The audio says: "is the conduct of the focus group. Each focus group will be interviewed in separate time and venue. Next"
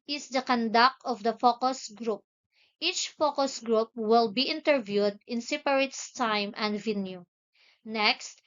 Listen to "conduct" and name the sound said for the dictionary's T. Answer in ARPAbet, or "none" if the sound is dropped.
none